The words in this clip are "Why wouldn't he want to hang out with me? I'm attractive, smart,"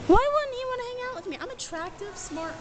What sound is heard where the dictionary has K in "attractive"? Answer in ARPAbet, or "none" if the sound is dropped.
K